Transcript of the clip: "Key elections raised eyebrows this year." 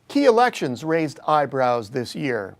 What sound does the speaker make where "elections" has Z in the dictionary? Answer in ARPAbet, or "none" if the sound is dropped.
Z